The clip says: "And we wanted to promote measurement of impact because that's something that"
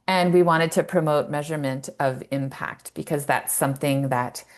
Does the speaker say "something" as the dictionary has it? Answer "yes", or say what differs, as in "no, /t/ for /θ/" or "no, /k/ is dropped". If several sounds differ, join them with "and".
yes